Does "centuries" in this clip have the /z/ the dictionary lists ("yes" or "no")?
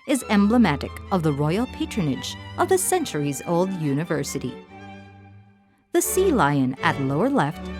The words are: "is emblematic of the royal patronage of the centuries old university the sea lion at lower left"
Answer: yes